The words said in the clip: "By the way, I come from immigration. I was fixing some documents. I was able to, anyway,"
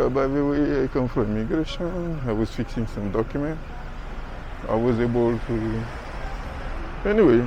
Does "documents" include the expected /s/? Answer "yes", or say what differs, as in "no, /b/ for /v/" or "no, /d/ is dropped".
no, /s/ is dropped